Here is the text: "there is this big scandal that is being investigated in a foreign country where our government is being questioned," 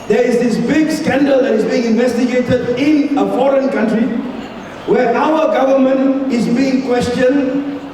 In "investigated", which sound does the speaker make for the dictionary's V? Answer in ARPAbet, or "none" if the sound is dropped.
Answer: V